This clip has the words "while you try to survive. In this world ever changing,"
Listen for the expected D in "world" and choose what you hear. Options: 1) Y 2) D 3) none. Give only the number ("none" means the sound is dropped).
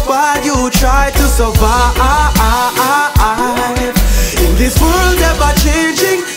2